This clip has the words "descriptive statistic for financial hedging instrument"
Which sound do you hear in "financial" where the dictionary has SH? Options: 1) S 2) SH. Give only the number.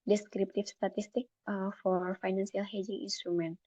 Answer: 1